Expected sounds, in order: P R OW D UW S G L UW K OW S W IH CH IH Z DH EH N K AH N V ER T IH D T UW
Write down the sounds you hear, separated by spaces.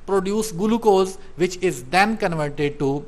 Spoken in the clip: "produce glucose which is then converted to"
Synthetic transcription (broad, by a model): P R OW D UW S G L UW K OW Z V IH CH IH Z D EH N K AH N V ER T IH D T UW